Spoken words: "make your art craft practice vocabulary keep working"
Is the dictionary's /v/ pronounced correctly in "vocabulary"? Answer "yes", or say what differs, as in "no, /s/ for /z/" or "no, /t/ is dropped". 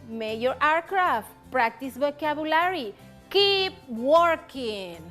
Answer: no, /b/ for /v/